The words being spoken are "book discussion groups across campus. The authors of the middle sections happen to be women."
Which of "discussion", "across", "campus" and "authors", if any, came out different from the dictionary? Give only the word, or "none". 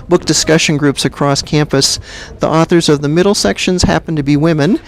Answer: none